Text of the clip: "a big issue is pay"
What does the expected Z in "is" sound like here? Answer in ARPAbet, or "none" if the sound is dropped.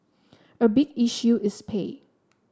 S